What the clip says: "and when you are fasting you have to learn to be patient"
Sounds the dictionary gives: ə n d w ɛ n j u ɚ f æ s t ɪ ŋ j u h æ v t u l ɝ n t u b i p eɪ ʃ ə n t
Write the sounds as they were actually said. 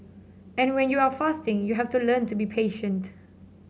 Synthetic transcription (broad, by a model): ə n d w ɛ n j u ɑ f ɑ s t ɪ ŋ j u h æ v t u l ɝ n t u b i p eɪ ʃ ə n t